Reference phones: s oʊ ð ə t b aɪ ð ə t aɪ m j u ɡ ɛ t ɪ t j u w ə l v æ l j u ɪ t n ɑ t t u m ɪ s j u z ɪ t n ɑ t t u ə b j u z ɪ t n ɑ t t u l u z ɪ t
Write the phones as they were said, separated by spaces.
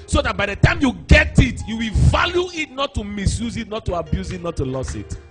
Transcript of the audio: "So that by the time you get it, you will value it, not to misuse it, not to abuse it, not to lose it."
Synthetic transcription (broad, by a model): s oʊ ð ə t b aɪ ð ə t aɪ m j u ɡ ɛ t ɪ t j u w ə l v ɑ l j u ɪ t n ɑ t t u m ɪ s j u z ɪ t n ɑ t t u ə b j u z ɪ t n ɑ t t u l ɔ s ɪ t